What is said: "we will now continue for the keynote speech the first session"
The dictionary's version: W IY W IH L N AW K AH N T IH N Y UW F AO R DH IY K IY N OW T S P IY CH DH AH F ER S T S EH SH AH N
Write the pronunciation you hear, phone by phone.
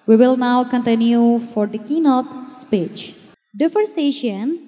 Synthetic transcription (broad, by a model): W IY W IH L N AW K AH N T IH N Y UW F AO R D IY K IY N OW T S P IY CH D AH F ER T S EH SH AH N